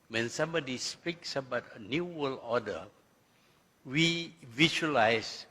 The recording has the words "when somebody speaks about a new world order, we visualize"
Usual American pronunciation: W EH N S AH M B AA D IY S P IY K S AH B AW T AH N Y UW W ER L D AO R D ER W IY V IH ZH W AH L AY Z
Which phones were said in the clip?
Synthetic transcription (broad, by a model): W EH N S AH M B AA D IY S P IY K S AH B AW T AH N Y UW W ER L AO D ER W IY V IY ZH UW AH L AY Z